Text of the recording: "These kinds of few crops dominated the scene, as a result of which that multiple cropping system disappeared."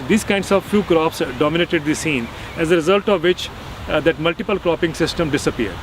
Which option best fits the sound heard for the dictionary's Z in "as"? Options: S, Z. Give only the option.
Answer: Z